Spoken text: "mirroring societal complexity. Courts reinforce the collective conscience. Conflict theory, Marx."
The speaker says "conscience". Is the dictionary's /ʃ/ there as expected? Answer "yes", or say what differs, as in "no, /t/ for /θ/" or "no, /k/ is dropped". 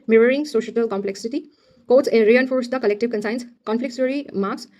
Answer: no, /s/ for /ʃ/